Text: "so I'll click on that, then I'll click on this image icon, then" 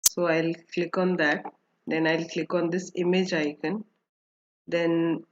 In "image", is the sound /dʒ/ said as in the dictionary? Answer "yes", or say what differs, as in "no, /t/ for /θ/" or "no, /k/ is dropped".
yes